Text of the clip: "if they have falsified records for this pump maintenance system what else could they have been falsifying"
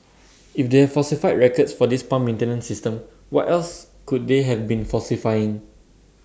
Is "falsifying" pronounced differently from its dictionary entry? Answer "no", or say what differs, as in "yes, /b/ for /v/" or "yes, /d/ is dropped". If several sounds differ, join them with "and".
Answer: yes, /l/ is dropped